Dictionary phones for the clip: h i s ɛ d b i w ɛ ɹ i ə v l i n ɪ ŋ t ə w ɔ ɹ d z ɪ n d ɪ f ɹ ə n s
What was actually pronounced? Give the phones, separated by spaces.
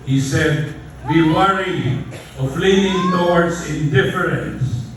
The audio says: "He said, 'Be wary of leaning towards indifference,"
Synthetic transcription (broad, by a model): h i s ɛ d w i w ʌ ɹ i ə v l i ɪ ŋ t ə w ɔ ɹ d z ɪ n d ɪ f ɹ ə n s